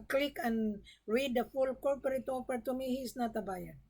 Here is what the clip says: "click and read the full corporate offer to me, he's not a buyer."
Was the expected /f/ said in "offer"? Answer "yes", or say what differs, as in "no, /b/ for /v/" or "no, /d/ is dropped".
no, /p/ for /f/